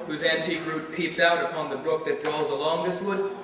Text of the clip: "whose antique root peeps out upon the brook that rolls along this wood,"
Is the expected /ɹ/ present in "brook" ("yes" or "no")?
yes